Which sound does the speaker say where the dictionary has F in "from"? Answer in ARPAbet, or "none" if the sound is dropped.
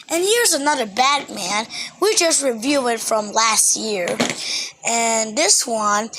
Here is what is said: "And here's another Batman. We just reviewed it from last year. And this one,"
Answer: F